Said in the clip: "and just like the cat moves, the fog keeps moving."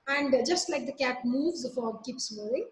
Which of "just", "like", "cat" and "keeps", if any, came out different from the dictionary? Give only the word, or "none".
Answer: none